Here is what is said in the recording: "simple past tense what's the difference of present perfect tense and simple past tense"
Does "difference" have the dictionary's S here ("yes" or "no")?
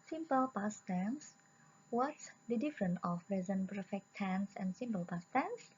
no